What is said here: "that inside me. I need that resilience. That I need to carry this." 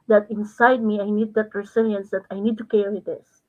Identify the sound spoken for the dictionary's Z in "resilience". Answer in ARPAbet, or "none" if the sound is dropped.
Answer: S